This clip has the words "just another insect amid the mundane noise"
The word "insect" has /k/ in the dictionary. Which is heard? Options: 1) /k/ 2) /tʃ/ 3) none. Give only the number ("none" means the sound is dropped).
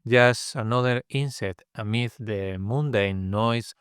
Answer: 3